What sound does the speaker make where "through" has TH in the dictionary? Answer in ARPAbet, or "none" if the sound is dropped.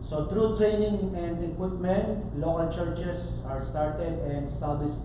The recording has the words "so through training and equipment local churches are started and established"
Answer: T